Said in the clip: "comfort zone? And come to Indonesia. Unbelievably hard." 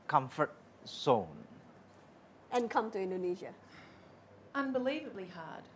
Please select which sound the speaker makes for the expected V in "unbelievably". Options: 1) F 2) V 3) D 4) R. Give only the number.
2